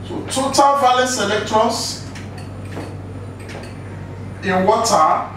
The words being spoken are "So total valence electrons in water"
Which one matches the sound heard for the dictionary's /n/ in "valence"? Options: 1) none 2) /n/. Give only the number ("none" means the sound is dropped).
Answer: 1